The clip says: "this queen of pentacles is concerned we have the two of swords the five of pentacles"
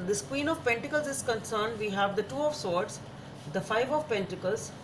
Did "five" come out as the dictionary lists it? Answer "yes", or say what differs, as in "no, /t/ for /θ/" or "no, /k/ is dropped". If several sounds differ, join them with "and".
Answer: yes